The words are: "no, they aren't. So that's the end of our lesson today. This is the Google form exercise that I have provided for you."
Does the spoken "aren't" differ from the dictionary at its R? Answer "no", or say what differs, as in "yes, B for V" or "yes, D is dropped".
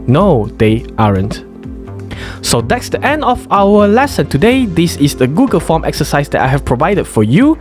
no